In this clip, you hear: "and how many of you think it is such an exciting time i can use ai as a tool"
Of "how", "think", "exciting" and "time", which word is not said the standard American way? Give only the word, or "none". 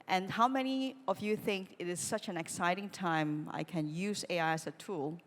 none